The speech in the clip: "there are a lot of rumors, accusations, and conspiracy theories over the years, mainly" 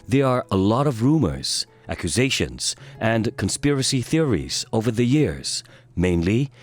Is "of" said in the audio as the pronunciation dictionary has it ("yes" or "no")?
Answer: yes